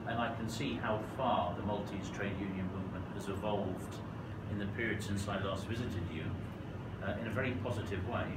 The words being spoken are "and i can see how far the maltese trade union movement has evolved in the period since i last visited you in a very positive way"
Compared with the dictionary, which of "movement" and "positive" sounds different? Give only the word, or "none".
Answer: none